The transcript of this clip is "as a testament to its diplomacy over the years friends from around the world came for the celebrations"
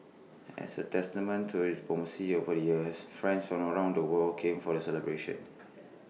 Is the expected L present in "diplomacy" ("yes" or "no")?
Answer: no